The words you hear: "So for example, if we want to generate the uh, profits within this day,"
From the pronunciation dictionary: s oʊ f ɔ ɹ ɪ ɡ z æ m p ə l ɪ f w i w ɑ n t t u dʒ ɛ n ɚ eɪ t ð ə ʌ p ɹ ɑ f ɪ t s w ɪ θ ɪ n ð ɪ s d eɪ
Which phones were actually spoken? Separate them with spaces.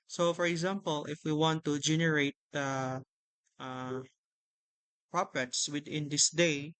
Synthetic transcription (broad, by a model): s oʊ f ɔ ɹ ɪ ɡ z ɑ m p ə l ɪ f w i w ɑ n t t u dʒ ɛ n ɚ eɪ t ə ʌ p ɹ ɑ p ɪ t s w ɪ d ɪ n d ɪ s d eɪ